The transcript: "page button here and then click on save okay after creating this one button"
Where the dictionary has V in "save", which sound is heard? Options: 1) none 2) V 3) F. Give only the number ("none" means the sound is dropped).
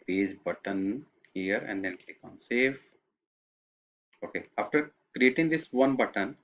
3